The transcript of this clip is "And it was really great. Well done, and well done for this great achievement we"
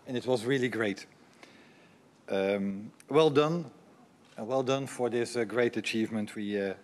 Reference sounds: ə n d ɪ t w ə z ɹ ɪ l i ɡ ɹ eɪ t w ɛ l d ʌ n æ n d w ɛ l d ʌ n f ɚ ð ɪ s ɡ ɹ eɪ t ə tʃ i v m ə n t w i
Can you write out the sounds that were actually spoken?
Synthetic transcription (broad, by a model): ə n ɪ t w ə z ɹ ɪ l i ɡ ɹ eɪ t w ɛ l d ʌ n n w ɛ l d ʌ n f ɚ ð ɪ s ɡ ɹ eɪ t ə tʃ i v m ə n t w i